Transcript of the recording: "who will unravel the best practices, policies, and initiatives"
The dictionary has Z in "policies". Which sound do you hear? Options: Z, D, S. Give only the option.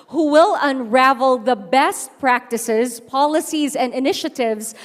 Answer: Z